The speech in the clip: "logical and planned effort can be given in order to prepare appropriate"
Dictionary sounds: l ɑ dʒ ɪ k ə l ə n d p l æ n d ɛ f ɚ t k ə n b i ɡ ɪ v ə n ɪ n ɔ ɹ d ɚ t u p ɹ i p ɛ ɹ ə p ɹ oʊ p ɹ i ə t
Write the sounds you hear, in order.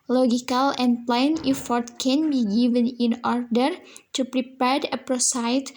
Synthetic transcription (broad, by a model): l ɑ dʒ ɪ k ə l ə n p l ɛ n ɛ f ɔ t k ə n b i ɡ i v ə n ɪ n ɔ ɹ d ɚ t u p ɹ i p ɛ ɹ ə p ɹ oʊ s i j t